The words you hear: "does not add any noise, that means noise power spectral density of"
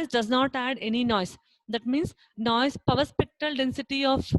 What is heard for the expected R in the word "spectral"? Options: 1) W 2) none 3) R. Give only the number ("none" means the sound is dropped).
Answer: 2